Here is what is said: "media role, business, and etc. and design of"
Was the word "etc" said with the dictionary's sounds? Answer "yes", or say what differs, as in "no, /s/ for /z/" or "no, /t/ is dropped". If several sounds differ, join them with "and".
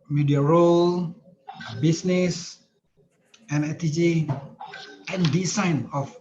no, /s/ is dropped